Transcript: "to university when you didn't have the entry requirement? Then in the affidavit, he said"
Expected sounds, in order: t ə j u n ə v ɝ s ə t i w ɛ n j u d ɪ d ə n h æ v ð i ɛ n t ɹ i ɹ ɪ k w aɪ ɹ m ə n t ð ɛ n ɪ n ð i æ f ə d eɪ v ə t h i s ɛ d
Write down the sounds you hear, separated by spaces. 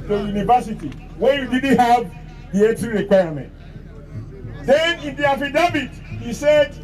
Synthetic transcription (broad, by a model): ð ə j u n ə v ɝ s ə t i w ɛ j u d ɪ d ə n h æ v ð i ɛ t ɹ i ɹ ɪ k w aɪ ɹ m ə n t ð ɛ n ɪ n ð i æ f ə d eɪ b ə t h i s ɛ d